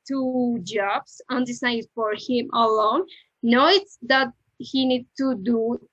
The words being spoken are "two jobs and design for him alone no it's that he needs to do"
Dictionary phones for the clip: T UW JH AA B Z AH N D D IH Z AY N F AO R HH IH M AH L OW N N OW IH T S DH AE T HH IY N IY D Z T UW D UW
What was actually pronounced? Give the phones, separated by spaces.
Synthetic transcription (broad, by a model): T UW JH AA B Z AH N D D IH S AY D F AO R HH IH M AH L OW N N OW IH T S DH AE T HH IY N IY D T UW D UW